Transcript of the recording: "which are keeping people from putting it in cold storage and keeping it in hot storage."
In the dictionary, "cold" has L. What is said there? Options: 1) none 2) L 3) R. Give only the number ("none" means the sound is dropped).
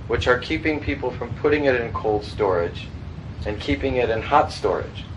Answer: 2